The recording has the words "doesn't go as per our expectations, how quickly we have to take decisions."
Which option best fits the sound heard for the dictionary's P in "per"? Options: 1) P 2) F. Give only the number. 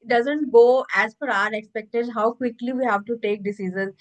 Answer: 2